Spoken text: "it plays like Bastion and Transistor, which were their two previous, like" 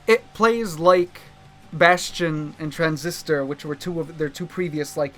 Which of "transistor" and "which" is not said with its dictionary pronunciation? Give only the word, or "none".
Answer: none